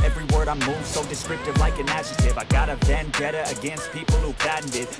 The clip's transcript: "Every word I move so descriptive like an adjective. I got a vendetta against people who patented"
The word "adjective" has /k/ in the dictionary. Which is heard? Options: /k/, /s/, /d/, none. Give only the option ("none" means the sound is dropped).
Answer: none